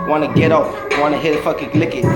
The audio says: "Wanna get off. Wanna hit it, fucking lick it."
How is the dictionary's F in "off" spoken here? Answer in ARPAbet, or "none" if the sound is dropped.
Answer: P